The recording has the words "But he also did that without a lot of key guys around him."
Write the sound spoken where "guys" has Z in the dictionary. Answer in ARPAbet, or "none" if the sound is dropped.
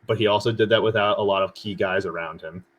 Z